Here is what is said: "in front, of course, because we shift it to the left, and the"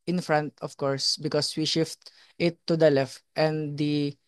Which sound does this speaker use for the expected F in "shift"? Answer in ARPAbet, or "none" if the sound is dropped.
F